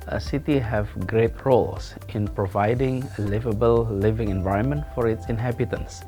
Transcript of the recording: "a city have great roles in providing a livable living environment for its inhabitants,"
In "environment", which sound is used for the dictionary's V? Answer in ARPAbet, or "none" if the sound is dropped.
V